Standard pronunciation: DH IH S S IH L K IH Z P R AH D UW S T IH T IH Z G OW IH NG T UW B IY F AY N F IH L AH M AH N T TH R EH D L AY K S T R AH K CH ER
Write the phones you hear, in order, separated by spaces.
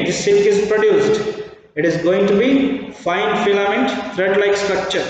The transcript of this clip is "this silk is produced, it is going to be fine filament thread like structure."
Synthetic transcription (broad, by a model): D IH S S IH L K IH Z P R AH D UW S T IH T IH Z G OW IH NG T UW B IY F AY N F IH L AH M AH N T T R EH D L AY K S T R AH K CH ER